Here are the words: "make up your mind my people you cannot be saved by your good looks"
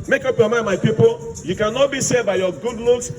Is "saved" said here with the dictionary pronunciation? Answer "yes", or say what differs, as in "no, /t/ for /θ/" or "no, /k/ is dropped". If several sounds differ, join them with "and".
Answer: no, /v/ is dropped